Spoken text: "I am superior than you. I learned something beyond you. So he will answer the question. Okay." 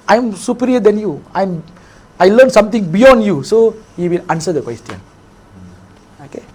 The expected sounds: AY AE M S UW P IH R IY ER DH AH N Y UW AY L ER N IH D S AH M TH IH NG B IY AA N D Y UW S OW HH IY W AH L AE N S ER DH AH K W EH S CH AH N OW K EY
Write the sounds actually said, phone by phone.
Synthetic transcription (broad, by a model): AY M S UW P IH R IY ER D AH N Y UW AY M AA L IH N S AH M T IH NG B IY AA N D Y UW S OW HH IY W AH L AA N S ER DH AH K W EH S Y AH N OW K EY